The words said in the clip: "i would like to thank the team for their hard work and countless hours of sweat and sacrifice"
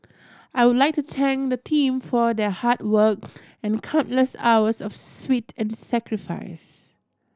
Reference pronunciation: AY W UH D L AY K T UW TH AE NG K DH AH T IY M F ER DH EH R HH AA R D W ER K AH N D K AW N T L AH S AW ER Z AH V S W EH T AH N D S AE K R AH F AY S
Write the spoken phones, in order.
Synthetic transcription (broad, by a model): AY W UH D L AY K T UW T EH NG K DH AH T IY M F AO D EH HH AA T W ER K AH N K AW N T L AH S AW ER S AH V S W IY T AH N S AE K R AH F AY S